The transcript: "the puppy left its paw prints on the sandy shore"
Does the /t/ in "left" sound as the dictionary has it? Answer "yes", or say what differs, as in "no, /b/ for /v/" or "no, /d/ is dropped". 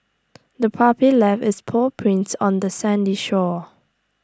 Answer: no, /t/ is dropped